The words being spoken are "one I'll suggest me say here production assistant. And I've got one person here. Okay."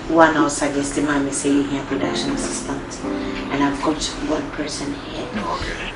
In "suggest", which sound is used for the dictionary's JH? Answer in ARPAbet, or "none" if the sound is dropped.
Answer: none